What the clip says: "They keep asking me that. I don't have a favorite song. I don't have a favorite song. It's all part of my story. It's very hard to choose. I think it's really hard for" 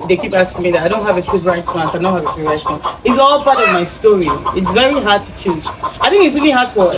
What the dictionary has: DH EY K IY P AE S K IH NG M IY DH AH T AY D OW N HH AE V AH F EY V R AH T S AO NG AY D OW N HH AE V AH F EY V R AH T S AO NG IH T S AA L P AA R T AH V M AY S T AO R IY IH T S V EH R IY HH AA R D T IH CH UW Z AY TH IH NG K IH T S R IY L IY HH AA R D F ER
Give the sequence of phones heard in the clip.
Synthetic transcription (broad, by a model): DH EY K IY P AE S K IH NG M IY DH AH T AY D OW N HH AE V AH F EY P R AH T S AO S AY D OW N HH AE V AH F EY P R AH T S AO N IH T S AA L P AA R T AH V M AY S T AO R IY IH T S V EH R IY HH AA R D T IH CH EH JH AY TH IH NG K IH T S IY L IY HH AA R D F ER